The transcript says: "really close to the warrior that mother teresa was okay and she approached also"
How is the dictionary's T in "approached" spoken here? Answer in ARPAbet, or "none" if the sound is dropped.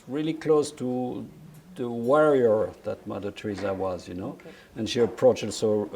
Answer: none